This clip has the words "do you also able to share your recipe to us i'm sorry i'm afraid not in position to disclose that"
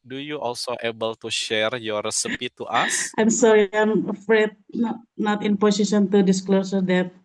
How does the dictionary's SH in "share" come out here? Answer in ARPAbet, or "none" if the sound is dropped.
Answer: SH